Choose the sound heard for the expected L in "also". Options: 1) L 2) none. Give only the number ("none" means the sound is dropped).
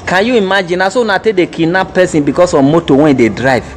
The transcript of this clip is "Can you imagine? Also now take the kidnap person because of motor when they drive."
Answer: 2